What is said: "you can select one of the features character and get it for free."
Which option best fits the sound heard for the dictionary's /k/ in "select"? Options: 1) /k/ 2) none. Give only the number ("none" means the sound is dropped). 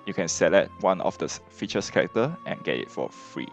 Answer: 2